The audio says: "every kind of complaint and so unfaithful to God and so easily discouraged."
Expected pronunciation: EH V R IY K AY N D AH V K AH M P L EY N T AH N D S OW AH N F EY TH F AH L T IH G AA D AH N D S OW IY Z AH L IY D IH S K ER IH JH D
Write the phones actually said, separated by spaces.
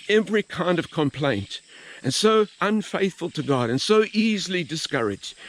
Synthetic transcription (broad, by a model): EH V R IY K AY N D AH V K AH M P L EY N T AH N S OW AH N F EY TH F AH L T IH G AA D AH N S OW IY Z L IY D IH S K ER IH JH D